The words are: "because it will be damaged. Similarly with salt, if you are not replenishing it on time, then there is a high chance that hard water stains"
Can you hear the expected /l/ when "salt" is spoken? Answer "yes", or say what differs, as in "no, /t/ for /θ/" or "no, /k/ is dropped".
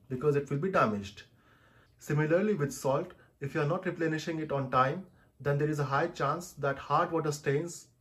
yes